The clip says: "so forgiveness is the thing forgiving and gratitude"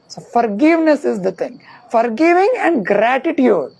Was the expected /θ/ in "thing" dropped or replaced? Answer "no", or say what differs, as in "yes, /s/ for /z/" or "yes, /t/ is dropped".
yes, /t/ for /θ/